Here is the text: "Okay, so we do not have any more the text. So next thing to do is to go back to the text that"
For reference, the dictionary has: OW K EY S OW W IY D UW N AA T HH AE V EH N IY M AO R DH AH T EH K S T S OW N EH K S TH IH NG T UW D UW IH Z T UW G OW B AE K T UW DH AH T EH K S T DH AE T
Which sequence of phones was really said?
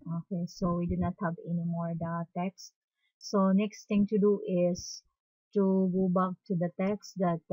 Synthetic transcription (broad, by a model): OW K EY S OW W IY D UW N AA T HH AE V EH N IY M AO R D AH T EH K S S OW N EH K S T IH NG T UW D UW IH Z T UW G OW B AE K T UW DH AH T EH K S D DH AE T